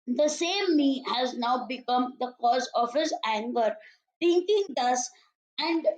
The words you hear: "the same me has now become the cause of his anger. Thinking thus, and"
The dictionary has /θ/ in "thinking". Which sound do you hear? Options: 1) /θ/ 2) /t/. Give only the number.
2